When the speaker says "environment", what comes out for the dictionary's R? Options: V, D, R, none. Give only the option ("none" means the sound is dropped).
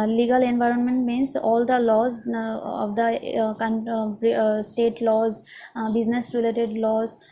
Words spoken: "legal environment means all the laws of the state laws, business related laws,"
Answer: R